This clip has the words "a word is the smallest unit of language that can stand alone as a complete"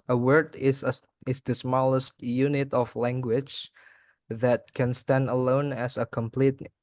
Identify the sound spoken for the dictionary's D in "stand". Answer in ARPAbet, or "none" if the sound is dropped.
D